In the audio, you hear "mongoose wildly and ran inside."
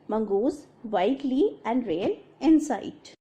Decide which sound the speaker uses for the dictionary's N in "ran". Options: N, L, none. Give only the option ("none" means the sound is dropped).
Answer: L